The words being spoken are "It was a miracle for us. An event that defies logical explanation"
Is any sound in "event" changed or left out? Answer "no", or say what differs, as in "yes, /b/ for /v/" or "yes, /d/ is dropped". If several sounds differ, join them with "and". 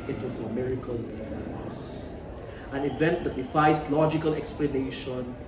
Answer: no